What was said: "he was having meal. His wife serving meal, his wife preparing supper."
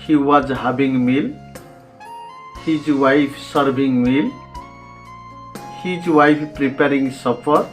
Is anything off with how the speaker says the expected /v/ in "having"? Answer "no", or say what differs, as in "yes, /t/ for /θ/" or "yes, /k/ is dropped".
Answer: yes, /b/ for /v/